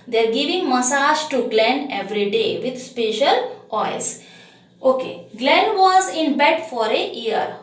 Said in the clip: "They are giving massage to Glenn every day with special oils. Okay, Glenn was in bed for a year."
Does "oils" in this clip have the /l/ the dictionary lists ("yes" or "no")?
no